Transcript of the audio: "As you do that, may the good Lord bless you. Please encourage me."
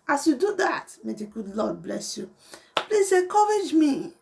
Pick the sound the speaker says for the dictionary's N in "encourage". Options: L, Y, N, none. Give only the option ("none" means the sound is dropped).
none